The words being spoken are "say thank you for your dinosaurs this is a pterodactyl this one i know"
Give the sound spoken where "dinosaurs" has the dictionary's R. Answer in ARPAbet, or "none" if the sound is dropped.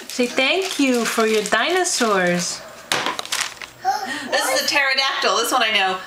R